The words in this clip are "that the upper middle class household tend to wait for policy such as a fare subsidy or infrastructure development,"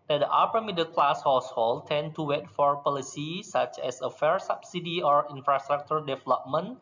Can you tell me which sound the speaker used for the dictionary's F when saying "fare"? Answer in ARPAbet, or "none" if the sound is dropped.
F